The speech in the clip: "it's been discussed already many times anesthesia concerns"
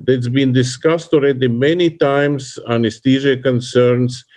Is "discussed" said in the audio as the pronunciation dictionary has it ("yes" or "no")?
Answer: yes